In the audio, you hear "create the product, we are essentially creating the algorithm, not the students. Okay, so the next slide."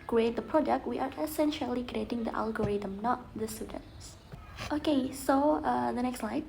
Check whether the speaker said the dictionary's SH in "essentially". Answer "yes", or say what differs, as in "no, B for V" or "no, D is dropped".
yes